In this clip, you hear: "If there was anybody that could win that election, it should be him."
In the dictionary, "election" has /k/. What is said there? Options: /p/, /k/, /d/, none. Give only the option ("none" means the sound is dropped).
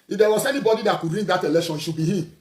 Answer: none